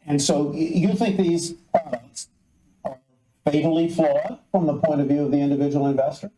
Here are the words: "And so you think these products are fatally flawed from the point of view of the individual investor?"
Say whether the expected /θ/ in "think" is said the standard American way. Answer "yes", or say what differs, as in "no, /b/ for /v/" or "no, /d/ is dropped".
yes